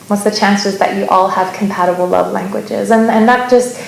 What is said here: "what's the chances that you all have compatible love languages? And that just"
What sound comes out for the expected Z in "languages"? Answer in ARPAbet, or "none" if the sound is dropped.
Z